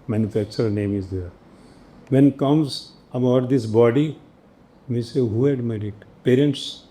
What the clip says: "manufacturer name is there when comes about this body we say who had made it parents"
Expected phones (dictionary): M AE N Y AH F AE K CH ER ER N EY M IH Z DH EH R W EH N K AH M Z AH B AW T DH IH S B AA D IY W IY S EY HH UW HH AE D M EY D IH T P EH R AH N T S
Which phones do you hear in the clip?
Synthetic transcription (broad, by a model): M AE N Y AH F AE K CH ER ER N EY M IH Z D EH R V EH N K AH M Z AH AH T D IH S B AA D IY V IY S EY HH UW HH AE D M EY D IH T P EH R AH N T S